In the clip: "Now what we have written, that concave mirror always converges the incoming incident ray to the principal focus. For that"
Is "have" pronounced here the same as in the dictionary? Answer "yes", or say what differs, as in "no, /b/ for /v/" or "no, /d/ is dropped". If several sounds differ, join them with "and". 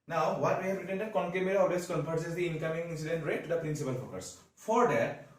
no, /p/ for /v/